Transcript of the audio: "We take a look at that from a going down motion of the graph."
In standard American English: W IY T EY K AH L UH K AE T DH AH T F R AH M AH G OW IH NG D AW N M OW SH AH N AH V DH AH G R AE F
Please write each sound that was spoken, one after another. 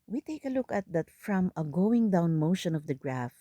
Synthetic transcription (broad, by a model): W IY T EY K AH L UH K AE T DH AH T F R AH M AH G OW IH NG D AW N M OW SH AH N AH V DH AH G R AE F